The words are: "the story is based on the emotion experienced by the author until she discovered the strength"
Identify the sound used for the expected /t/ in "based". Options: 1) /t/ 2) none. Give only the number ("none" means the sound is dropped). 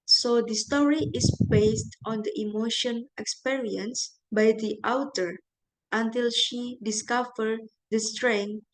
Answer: 1